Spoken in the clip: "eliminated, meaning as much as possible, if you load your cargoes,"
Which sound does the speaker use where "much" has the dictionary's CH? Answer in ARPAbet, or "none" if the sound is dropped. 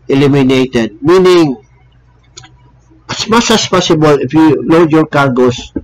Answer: S